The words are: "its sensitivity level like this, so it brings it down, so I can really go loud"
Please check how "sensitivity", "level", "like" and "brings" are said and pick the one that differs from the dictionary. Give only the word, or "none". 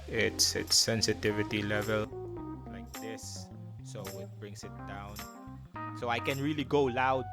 brings